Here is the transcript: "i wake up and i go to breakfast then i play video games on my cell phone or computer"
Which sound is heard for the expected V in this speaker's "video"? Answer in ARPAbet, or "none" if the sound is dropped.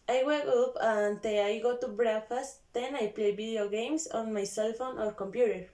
B